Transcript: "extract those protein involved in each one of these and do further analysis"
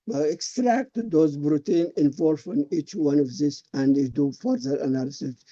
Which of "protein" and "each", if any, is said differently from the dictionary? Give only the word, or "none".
protein